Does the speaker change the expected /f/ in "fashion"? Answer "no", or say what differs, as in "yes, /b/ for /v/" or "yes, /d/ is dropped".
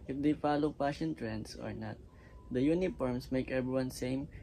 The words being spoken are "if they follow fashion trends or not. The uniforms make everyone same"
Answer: yes, /p/ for /f/